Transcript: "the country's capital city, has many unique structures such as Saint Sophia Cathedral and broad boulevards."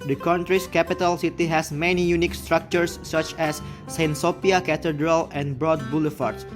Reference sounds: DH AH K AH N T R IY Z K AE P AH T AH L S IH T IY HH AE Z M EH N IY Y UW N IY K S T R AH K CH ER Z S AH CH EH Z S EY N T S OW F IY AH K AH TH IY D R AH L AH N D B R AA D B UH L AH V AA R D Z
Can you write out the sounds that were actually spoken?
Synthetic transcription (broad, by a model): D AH K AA N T R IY S K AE P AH T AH L S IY T IY HH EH S M EH N IY Y UW N IY K S T R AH K CH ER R S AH CH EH S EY N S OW P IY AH K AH T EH D R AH L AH N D B R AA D B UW L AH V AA R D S